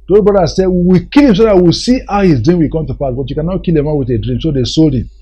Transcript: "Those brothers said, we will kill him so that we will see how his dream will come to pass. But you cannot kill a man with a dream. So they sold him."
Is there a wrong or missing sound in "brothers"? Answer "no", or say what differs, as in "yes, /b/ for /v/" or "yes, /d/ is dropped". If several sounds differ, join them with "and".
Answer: yes, /ɹ/ is dropped